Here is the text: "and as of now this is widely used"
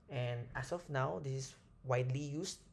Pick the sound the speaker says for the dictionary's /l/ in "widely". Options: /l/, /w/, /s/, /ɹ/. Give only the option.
/l/